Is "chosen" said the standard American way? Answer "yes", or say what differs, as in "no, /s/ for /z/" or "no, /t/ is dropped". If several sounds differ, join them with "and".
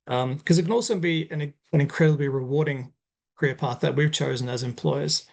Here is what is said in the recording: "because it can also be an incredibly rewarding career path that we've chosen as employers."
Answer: yes